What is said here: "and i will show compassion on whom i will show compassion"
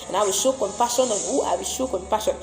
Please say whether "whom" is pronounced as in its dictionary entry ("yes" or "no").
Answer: no